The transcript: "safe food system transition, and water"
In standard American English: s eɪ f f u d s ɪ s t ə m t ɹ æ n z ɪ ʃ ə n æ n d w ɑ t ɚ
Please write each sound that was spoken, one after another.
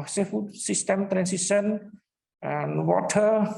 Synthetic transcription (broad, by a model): s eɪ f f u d s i s t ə m t ɹ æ n s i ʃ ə n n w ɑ t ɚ